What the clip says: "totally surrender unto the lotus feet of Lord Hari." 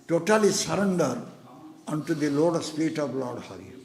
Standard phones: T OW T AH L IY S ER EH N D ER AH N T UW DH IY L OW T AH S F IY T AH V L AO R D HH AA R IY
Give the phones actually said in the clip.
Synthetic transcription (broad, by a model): T OW T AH L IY S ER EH N D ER AH N T UW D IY L OW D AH S P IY T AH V L AO R D HH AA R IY